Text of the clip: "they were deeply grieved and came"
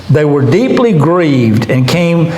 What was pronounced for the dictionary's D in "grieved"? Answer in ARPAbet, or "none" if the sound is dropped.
D